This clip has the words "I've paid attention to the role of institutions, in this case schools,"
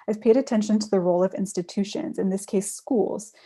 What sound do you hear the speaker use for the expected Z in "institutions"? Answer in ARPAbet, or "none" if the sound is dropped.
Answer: Z